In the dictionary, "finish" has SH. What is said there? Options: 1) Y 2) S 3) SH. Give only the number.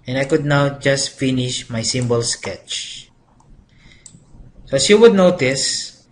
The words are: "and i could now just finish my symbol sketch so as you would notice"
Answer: 3